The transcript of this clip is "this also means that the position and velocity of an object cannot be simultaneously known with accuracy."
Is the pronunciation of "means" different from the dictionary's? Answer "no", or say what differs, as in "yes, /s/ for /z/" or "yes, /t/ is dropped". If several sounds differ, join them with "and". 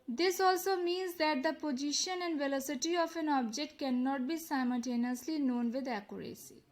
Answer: no